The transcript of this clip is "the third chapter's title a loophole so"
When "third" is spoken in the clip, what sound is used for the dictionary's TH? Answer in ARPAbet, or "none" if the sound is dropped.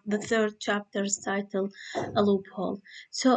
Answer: TH